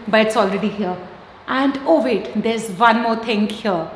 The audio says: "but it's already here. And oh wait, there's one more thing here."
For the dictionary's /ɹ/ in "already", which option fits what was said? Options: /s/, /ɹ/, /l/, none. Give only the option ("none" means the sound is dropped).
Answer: /ɹ/